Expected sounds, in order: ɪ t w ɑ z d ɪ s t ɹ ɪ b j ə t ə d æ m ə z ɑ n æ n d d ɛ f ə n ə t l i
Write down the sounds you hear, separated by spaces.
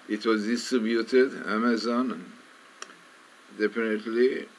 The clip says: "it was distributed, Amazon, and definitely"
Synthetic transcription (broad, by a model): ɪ t w ɑ z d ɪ s t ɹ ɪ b j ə t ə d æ m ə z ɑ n n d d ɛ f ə n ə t l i